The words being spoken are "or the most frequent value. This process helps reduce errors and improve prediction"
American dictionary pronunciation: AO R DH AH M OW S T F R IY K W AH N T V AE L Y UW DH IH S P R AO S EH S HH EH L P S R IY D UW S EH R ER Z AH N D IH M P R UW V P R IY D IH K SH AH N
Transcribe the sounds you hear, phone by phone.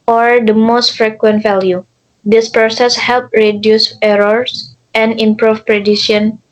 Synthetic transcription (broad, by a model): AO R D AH M OW S T F R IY K W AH N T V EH L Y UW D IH S P R AO S EH S HH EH L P R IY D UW S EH R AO S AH N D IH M P R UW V P R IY D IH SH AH N